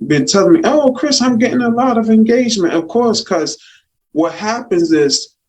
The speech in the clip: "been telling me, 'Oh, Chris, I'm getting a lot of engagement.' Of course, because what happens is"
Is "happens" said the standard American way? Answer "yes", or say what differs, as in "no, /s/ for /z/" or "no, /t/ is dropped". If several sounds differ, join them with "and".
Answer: yes